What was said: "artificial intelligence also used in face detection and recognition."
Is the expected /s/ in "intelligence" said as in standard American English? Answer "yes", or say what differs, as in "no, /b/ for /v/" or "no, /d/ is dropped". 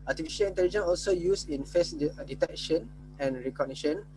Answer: no, /s/ is dropped